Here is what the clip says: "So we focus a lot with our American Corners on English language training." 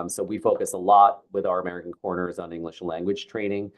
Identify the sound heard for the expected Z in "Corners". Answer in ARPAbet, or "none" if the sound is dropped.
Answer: Z